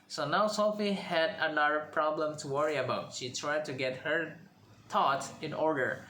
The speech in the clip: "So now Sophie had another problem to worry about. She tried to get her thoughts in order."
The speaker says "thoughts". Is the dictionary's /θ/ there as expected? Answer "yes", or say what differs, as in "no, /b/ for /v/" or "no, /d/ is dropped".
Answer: no, /t/ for /θ/